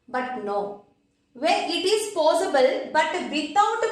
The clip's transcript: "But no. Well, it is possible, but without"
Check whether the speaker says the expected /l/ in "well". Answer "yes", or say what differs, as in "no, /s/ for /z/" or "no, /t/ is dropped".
no, /n/ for /l/